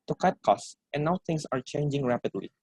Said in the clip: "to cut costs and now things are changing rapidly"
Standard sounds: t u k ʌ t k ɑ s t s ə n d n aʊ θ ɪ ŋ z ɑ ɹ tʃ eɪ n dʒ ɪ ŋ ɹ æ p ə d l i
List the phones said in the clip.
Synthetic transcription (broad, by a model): t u k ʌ t k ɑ s t ə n n aʊ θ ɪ ŋ s ɑ ɹ tʃ eɪ n dʒ ɪ ŋ ɹ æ p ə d l i